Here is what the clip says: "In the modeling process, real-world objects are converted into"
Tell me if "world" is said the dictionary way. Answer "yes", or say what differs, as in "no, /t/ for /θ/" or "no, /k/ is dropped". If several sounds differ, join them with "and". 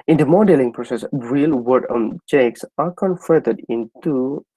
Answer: no, /l/ is dropped